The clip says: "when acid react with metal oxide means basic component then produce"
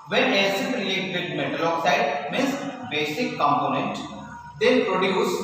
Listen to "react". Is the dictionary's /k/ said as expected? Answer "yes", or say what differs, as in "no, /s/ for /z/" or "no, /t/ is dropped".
no, /k/ is dropped